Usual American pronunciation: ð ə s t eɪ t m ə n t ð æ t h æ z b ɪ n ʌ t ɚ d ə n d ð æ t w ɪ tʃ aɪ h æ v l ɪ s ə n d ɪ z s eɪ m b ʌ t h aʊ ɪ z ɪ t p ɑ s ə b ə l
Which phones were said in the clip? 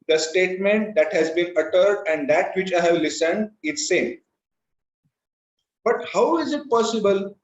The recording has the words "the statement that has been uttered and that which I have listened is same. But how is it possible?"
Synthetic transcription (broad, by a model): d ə s t eɪ t m ə n t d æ t h æ z b ɪ n ʌ t ɚ d ə n d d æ t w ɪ tʃ aɪ h æ v l ɪ s ə n d ɪ z s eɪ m b ʌ t h aʊ ɪ z ɪ t p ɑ s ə b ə l